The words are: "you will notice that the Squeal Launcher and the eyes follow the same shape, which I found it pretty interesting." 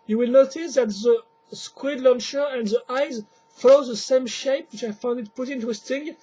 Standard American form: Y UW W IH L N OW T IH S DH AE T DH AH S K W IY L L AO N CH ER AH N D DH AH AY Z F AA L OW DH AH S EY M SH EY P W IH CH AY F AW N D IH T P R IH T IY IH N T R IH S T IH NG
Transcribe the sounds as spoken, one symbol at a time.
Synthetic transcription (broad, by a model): Y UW W IH L N OW T IH S DH AE T DH AH S K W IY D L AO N SH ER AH N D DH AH AY Z F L OW DH AH S EY M SH EY P W IH CH AY F AW N D IH T P UH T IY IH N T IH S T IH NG